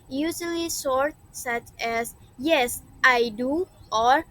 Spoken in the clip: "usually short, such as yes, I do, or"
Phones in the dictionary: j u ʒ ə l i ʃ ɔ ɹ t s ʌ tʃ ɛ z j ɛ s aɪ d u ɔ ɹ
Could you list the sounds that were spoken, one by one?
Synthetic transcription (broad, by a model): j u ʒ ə l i s ɔ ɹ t s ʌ tʃ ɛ s j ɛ s aɪ d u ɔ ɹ